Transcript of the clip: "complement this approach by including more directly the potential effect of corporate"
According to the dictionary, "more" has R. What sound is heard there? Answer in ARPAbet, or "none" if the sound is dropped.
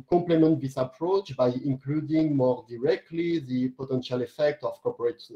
R